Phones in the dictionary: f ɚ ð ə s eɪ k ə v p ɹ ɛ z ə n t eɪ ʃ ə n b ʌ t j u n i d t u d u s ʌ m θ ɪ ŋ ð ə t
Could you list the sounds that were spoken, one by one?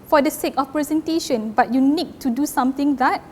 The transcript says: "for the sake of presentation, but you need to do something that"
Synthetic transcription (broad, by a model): f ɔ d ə s eɪ k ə f p ɹ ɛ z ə n t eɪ ʃ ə n b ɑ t j u n i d t u d u s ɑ m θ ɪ ŋ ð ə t